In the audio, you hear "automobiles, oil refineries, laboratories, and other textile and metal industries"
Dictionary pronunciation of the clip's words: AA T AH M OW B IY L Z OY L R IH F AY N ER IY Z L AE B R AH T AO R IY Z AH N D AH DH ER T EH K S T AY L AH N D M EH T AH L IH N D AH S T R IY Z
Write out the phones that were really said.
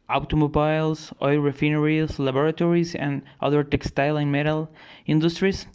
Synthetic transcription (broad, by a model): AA T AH M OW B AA L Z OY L R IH F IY N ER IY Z L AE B R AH T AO R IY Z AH N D AH DH ER T EH K S T AY L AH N M EH T AH L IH N D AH S T R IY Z